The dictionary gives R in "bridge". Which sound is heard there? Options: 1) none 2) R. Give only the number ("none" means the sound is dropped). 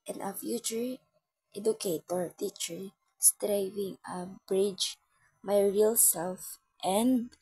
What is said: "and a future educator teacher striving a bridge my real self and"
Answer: 2